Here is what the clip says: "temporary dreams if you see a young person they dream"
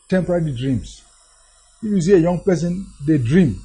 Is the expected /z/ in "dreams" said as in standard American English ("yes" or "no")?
no